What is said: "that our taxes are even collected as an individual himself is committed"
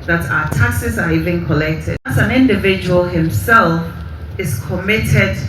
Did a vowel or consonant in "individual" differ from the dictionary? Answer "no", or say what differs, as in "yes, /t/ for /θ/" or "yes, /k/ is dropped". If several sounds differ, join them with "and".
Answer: no